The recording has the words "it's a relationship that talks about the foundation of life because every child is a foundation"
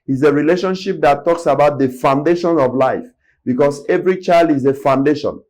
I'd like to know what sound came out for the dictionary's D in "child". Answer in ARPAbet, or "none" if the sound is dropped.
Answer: D